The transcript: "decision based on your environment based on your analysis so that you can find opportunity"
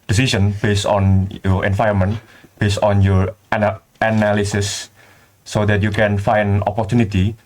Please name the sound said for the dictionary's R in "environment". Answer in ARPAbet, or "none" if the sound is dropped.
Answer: none